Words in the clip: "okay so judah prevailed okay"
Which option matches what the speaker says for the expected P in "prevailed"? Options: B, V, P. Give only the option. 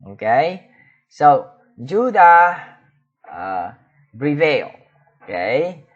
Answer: B